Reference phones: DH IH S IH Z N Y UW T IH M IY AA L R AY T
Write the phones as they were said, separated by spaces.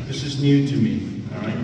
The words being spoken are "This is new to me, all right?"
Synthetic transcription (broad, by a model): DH IH S IH Z N Y UW T IH M IY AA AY